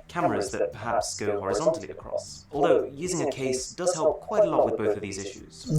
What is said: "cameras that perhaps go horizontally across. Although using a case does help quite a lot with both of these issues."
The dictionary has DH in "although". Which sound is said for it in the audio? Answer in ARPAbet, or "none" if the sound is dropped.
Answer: DH